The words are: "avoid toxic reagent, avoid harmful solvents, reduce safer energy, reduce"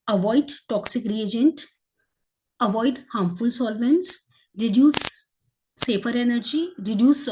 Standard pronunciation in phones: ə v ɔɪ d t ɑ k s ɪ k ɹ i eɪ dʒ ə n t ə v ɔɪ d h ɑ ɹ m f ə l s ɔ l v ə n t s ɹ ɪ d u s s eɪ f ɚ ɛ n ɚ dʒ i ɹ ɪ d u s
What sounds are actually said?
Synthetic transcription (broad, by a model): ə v ɔɪ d t ɑ k s ɪ k ɹ i eɪ dʒ ə n t ə v ɔɪ d h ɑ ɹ m f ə l s ɔ l v ə n t s ɹ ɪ d u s s eɪ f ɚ ɛ n ɚ dʒ i ɹ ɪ d u s